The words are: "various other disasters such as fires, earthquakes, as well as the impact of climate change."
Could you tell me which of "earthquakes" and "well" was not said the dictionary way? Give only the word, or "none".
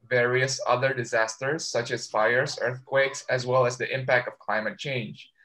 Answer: none